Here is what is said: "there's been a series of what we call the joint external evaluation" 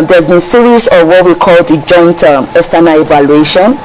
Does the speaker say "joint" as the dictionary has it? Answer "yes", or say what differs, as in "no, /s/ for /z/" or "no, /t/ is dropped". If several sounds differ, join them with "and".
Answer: yes